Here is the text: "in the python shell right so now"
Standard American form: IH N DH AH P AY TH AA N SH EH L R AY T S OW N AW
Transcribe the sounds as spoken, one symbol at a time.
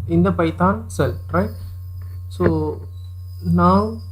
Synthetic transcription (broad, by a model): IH N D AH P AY T AA N S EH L R AY T S OW N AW